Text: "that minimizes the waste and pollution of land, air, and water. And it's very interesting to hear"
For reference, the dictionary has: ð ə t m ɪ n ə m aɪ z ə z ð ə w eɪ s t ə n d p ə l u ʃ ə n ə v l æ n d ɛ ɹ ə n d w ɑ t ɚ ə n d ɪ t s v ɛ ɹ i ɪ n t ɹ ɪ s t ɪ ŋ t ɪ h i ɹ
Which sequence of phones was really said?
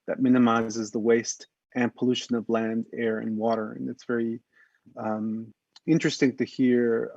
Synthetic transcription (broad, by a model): ð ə t m ɪ n ə m aɪ z ə z ð ə w eɪ s t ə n p ə l u ʃ ə n ə v l æ n d ɛ ɹ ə n w ɑ t ɚ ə n ɪ t s v ɛ ɹ i ɪ n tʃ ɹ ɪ s t ɪ ŋ t ɪ h i ɹ